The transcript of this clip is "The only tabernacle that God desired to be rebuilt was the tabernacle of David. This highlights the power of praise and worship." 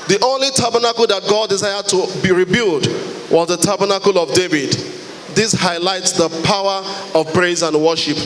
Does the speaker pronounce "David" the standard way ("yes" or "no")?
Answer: yes